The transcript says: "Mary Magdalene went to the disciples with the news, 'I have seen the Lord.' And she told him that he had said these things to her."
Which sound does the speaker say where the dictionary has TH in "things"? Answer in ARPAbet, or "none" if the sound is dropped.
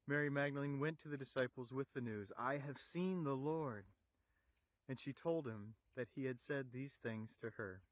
TH